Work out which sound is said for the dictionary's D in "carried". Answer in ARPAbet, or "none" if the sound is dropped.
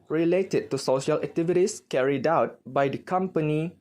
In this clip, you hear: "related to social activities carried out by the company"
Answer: D